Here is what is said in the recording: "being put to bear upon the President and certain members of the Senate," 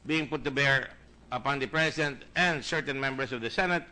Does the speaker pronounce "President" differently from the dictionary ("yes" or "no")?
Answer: yes